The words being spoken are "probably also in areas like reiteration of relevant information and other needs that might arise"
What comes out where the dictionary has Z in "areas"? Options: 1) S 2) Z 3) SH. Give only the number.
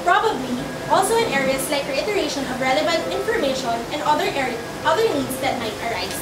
1